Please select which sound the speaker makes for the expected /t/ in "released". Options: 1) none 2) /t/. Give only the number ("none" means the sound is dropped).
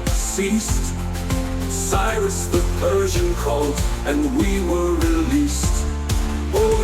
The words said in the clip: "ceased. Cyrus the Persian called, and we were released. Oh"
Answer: 2